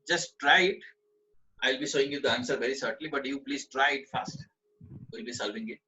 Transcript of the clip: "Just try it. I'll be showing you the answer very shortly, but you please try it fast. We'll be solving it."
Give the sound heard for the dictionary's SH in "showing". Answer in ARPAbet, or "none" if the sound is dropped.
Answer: S